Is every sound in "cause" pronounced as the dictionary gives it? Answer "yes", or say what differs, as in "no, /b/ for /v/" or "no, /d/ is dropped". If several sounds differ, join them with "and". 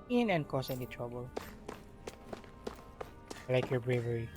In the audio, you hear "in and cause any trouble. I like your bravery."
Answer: no, /s/ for /z/